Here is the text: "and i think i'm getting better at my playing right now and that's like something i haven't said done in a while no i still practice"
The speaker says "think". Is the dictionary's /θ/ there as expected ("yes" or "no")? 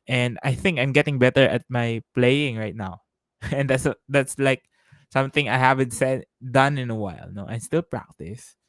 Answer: yes